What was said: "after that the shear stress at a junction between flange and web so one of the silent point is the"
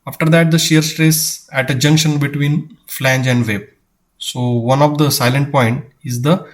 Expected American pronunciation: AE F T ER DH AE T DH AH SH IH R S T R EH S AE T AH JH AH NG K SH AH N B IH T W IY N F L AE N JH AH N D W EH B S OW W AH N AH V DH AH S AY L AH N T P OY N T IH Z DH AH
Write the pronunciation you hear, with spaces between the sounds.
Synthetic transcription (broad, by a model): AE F T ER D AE T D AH SH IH R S T R EH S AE T AH JH AH NG K SH AH N B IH T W IY N F L AE N JH AH N D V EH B S OW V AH N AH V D AH S AY L AH N T P OY N T IH Z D AH